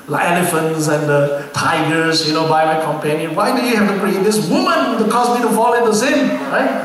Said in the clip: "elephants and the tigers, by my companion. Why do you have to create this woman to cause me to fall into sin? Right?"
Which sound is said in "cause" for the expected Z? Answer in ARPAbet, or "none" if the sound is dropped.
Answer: S